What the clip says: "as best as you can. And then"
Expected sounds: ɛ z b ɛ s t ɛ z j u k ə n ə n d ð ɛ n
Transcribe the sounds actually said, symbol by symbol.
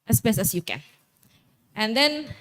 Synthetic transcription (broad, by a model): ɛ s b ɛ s ɛ s j u k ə n ə n d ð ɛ n